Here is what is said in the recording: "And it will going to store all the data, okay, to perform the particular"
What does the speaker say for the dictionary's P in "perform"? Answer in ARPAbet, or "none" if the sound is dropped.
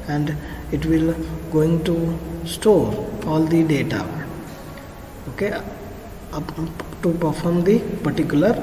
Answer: P